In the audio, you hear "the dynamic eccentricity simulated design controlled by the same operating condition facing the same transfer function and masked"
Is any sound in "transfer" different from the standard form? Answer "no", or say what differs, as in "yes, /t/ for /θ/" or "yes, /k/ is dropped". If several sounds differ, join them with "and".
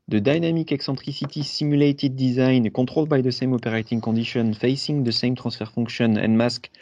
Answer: yes, /n/ is dropped